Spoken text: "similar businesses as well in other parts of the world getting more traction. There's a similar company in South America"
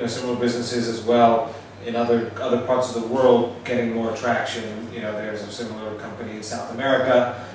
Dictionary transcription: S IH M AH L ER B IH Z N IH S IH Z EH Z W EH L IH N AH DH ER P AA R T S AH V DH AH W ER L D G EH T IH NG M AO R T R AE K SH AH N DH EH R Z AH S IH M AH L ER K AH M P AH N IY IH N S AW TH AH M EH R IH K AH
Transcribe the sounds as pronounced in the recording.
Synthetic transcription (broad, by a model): S IH M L ER B IH Z N IH S IH Z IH Z W EH L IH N AH DH ER P AA R T S AH V DH AH W ER L D G EH T IH NG M AO R T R AE K SH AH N DH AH R Z AH S IH M L ER K AH M P AH N IY IH N S AW TH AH M EH R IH K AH